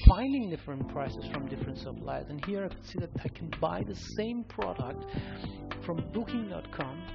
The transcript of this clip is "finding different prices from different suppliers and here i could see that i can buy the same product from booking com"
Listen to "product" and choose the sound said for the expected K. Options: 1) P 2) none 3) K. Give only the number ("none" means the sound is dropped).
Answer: 3